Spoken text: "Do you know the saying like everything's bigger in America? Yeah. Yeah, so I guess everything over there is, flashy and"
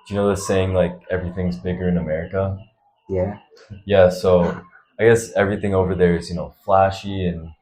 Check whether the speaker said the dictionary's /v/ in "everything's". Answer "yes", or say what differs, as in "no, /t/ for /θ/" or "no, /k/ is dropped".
yes